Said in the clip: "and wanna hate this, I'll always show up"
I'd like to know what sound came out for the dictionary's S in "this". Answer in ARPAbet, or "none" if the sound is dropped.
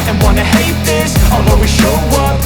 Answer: S